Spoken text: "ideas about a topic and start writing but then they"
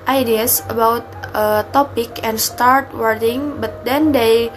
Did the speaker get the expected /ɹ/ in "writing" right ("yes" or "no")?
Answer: no